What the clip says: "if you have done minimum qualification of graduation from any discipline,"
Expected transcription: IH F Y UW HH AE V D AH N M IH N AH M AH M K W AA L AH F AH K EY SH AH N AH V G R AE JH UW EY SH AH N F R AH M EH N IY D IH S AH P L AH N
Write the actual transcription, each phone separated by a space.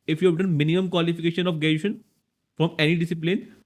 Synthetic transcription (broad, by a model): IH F Y UW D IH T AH N M IH N AH M AH M K W AA L AH F AH K EY SH AH N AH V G EH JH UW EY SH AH N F R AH M EH N IY D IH S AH P L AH N